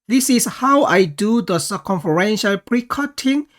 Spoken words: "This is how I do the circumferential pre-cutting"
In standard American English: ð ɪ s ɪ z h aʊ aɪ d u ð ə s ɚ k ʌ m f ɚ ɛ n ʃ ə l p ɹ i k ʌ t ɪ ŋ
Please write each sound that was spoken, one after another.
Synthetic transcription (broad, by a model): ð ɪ s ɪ s h aʊ aɪ d u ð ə s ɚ k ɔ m f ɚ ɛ n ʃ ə l p ɹ i k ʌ t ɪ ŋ